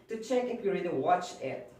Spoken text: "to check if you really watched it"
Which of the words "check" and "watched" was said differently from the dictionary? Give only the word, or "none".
watched